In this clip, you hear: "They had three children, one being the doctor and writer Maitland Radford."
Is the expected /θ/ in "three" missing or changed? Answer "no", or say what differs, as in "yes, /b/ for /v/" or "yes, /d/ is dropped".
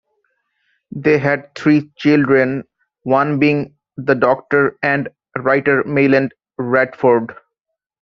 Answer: yes, /t/ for /θ/